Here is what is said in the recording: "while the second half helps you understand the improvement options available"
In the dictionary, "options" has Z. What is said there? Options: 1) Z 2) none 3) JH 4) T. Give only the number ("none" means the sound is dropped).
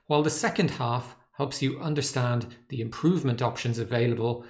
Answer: 1